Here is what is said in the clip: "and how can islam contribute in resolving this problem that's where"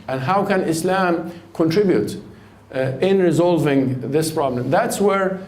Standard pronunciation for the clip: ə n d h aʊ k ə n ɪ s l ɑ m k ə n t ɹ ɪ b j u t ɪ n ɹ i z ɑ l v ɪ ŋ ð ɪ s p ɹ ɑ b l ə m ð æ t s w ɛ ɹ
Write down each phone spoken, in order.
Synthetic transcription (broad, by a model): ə n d h aʊ k ə n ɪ s l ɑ m k ə n t ɹ ɪ b j u t ɪ n ɹ i z ɑ l v ɪ ŋ ð ɪ s p ɹ ɑ b l ə m ð æ t s w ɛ ɹ